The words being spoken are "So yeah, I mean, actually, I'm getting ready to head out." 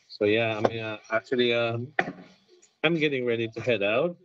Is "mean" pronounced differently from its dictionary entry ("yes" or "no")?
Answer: yes